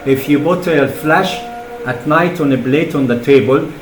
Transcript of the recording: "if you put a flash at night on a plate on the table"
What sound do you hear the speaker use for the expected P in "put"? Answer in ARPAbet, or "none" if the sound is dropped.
B